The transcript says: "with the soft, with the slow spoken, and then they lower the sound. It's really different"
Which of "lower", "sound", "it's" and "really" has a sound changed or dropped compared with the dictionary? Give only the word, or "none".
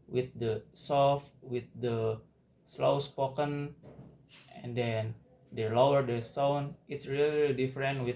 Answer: sound